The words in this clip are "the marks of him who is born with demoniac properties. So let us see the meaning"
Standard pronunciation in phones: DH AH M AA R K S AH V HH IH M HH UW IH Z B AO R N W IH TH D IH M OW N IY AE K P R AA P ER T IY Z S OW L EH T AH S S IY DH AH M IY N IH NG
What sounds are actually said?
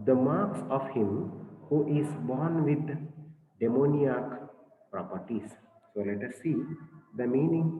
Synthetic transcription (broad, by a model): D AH M AA R K S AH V HH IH M HH UW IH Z B AO R N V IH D D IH M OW N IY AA K P R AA P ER T IY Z S OW L EH T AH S S IY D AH M IY N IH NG